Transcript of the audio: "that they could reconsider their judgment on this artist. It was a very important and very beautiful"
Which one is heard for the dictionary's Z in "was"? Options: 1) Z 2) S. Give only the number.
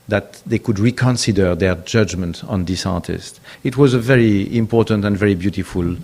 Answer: 1